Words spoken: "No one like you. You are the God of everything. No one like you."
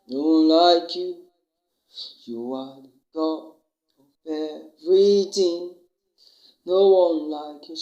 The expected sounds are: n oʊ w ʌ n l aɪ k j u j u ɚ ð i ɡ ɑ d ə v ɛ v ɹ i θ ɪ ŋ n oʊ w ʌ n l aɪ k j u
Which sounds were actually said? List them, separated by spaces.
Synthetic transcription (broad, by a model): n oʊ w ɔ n l aɪ k j u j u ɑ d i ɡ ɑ ə p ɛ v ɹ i t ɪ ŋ n oʊ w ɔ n l aɪ k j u